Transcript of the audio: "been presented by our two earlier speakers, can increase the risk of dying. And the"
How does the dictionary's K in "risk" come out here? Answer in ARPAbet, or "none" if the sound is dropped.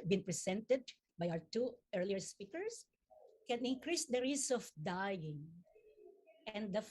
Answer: none